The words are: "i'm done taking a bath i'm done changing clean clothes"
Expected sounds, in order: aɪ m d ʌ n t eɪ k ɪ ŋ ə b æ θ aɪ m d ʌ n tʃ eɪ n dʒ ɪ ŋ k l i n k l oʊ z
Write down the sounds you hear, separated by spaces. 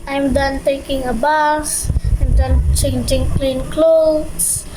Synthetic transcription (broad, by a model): aɪ m d ʌ n t eɪ k ɪ ŋ ə b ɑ s aɪ m d ʌ n tʃ eɪ n dʒ ɪ ŋ k l i n k l oʊ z